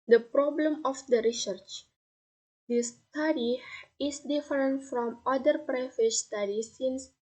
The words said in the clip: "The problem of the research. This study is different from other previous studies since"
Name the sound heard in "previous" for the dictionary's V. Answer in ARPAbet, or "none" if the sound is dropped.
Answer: none